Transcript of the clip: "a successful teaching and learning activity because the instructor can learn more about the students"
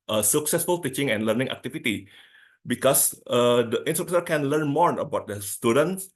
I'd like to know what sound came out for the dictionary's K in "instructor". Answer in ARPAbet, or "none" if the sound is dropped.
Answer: none